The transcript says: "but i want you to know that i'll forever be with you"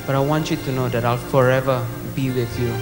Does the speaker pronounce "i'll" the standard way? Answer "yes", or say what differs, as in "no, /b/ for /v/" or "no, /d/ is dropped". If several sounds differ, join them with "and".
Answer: yes